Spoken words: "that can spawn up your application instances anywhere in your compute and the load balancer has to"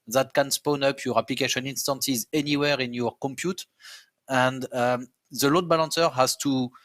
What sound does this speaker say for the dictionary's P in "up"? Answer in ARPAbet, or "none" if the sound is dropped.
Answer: P